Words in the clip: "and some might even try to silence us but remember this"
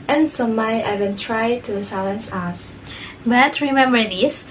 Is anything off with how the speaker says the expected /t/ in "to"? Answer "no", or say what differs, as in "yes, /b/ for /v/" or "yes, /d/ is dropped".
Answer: no